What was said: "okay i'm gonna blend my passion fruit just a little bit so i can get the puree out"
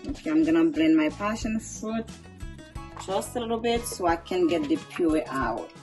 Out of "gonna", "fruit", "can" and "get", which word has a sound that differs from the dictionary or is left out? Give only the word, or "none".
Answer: fruit